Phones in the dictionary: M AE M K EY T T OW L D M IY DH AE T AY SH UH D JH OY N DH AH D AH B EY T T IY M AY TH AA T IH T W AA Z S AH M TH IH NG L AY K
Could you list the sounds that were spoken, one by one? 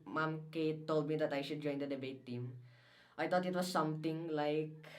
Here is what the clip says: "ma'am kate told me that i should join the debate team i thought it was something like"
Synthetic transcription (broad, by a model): M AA M K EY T T OW L D M IY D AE T AY SH UH D JH OY N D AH D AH B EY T T IY M AY T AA T IH T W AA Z S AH M T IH NG L AY K